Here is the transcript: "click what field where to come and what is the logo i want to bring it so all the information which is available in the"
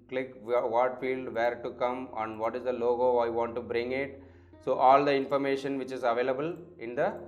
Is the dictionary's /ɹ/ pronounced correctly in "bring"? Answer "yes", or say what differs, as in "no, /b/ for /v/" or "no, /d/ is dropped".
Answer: yes